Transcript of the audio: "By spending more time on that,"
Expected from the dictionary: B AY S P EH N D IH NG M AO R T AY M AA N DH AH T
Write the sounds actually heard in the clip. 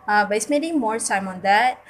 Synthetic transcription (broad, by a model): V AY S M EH D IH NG M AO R S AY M AA N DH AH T